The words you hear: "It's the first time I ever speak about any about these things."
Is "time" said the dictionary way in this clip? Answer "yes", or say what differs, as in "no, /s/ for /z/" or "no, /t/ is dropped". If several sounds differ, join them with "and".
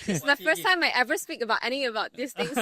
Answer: yes